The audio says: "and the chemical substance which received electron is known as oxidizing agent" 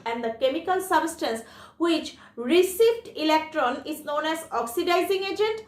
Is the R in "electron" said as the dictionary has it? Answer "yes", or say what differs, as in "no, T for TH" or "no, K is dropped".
yes